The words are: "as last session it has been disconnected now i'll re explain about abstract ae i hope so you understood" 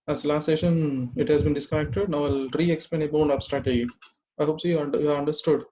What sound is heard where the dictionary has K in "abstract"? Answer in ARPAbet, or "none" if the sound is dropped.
none